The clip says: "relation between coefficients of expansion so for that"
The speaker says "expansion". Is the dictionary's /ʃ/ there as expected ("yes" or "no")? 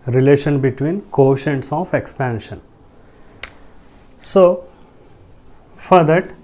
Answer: yes